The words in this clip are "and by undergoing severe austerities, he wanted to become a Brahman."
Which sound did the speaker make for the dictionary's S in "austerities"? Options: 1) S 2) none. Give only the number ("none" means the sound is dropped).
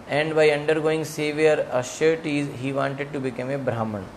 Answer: 2